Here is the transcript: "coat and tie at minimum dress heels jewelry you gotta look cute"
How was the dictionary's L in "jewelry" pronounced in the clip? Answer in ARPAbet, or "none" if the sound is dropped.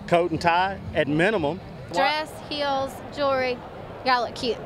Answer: none